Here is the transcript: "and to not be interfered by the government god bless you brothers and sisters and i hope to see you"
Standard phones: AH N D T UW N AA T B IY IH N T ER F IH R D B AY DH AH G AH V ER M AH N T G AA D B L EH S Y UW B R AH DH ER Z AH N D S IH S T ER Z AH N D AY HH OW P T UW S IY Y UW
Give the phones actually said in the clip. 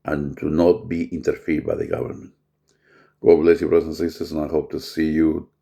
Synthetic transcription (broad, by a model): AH N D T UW N AA T B IY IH N T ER F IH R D B AY DH AH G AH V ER M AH N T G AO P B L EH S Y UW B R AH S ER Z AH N S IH S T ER S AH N AY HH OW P T UW S IY Y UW